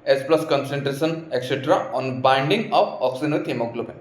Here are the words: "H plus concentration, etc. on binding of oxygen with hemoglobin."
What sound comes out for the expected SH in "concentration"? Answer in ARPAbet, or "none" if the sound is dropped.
S